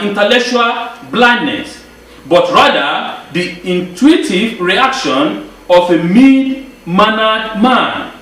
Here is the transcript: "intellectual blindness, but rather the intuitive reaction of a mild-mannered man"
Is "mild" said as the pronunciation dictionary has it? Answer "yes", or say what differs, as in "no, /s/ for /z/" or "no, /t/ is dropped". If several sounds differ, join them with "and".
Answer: no, /l/ is dropped